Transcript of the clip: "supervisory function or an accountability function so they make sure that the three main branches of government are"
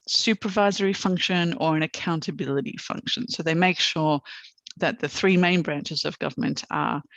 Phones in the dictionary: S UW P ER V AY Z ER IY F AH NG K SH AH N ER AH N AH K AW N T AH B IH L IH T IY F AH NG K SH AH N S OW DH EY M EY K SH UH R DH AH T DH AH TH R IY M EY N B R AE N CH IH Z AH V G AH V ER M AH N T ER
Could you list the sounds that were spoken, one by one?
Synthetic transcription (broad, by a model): S UW P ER V AY Z ER IY F AH NG K SH AH N ER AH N AH K AW N T AH B IH L IH T IY F AH NG K SH AH N S OW DH EY M EY K SH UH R DH AH T DH AH TH R IY M EY N B R AE N CH IH Z AH V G AH V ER M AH N T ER